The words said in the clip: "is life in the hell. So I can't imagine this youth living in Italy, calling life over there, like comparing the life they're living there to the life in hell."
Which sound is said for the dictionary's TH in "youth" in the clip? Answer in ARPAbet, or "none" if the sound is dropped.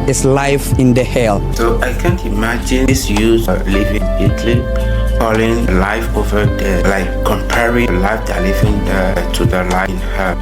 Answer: S